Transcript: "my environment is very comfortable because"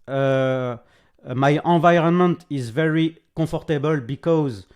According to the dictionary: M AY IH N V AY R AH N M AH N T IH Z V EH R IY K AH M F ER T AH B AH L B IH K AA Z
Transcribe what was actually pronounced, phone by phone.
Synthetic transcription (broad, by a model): M AY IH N V AY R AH N M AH N T IH Z V EH R IY K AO F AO T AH B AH L B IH K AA Z